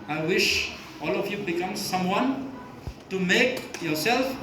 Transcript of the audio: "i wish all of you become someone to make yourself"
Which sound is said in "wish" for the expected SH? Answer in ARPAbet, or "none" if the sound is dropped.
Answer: SH